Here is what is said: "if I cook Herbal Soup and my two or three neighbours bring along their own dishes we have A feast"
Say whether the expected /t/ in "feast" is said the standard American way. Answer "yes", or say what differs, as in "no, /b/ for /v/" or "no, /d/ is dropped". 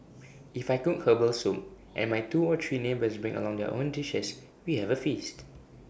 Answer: yes